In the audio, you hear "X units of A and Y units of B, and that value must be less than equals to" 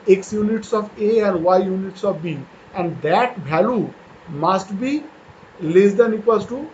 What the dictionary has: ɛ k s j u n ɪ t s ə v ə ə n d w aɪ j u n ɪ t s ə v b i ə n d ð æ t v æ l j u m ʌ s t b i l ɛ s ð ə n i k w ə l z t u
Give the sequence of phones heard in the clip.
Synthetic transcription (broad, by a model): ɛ k s j u n ɪ t s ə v ə ə n d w aɪ j u n ɪ t s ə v b i ə n d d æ t b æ l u m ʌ s t b i l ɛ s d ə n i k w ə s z t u